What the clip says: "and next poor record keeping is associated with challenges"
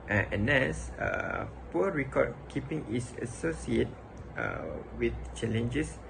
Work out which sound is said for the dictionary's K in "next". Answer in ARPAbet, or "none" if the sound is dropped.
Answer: none